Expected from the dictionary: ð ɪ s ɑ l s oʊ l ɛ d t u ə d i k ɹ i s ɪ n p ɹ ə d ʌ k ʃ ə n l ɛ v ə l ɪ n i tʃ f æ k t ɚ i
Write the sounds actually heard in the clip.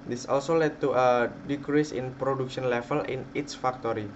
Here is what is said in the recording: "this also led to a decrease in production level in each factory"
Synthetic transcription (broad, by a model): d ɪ s ɑ l s oʊ l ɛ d t u ə d i k ɹ i s ɪ n p ɹ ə d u k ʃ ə n l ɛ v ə l ɪ n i s f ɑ k t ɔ i